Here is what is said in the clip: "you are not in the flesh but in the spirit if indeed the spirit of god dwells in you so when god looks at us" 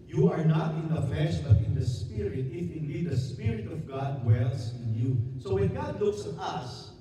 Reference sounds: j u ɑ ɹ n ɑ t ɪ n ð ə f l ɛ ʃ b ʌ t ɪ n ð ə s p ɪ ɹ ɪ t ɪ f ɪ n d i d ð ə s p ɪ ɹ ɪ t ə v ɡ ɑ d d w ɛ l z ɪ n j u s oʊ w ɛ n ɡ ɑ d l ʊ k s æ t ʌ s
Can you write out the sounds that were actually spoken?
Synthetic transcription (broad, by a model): j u ɑ ɹ n ɑ t ɪ n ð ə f ɛ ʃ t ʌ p ɪ n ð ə s p ɪ ɹ ɪ t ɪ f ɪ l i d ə s p ɪ ɹ ɪ t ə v ɡ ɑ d d w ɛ l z ɪ n j u s oʊ w ɛ n ɡ ɑ d l ʊ k s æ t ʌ s